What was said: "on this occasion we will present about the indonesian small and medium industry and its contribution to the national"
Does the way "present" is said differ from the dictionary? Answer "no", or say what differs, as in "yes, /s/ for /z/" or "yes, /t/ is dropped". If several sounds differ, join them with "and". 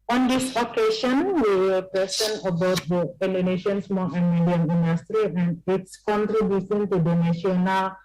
yes, /s/ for /z/ and /t/ is dropped